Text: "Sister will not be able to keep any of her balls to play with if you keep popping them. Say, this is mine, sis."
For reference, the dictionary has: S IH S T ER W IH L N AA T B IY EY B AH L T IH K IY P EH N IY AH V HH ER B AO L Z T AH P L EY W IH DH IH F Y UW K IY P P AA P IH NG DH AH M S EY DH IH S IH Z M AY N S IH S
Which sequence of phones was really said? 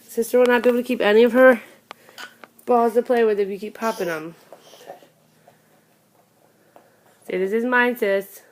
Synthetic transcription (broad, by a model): S IH S T ER W IH L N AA T B IY EY AH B T IH K IY P EH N IY AH V ER B AO L Z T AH P L EY W IH DH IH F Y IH K IY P P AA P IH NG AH M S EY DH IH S IH Z M AY N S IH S